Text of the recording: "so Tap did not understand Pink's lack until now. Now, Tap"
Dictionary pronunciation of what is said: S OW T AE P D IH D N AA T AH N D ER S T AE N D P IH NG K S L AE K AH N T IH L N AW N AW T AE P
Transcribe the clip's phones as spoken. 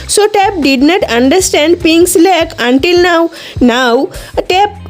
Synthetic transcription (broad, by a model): S OW T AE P D IH D N AA T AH N D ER S T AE N D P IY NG S L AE K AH N T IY L N AW N AW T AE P